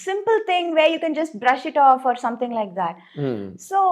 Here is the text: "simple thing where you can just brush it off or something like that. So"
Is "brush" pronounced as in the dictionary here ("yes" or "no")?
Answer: yes